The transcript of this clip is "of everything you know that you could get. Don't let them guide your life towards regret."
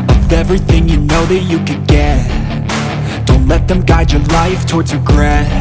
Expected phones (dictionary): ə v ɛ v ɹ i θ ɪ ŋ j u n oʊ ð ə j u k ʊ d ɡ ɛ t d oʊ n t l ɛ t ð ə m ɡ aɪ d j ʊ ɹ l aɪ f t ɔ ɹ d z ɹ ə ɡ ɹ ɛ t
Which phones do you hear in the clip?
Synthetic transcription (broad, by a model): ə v ɛ v ɹ i θ ɪ ŋ j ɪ n oʊ ð ə j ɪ k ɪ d ɡ ɛ t d oʊ n t l ɛ t ð ə m ɡ aɪ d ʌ ɹ l aɪ f t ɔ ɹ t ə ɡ ɹ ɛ